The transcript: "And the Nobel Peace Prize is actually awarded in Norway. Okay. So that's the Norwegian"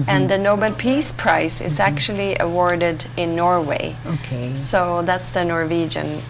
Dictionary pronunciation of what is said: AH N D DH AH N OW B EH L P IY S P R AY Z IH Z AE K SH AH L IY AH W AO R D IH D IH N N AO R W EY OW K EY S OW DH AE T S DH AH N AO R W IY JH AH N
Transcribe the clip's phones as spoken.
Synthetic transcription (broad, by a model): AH N DH AH N OW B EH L P IY S P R AY S IH Z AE K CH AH L IY AH W AO R D IH D IH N N AO R W EY OW K EY S OW DH AE T S DH AH N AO R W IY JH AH N